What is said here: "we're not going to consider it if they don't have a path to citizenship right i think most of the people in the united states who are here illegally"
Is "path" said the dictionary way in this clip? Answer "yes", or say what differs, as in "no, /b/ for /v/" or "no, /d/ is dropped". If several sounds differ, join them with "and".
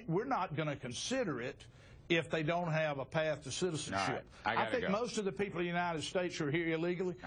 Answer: yes